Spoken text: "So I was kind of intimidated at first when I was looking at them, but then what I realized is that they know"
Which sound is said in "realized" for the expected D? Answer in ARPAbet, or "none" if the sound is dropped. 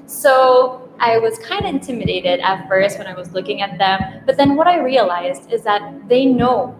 D